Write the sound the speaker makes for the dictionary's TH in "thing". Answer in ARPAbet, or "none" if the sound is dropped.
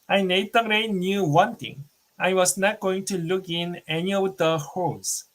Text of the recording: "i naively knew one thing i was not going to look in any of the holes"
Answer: T